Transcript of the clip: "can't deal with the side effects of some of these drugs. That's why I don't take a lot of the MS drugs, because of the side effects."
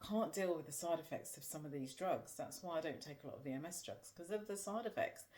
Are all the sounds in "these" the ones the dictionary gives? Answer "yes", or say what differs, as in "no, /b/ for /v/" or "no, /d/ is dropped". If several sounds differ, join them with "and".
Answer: yes